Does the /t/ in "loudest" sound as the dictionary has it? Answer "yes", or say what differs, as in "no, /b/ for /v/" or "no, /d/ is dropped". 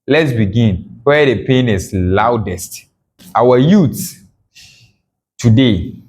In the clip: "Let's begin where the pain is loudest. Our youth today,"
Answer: yes